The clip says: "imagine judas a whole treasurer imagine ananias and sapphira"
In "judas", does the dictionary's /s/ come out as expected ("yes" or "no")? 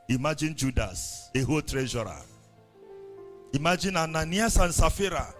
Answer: yes